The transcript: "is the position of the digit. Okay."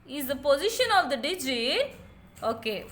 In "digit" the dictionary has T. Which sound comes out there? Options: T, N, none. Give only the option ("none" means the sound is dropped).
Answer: none